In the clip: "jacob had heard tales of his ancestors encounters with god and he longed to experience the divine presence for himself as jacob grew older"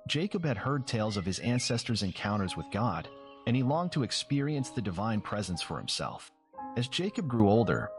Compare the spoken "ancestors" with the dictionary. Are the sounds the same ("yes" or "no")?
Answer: yes